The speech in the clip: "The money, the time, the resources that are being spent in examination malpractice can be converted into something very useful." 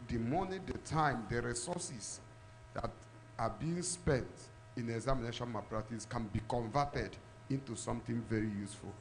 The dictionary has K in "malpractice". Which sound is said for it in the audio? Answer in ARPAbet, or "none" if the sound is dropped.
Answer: none